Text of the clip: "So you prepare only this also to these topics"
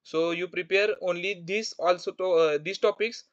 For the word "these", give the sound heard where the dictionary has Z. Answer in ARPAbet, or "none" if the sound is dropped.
S